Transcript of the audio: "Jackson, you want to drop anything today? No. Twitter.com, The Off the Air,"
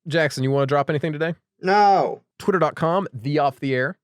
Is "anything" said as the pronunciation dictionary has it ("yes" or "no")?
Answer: yes